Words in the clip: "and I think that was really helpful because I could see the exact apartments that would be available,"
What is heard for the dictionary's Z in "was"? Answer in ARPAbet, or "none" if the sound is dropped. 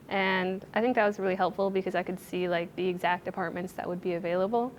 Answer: Z